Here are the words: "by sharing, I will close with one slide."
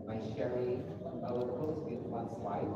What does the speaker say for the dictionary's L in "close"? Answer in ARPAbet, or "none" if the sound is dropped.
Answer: none